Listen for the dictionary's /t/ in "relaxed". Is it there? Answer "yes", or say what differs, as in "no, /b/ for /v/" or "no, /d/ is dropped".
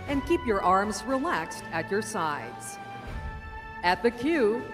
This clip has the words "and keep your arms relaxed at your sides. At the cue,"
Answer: yes